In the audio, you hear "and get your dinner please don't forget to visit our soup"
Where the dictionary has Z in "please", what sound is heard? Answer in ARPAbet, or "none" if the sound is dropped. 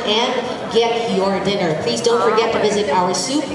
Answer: Z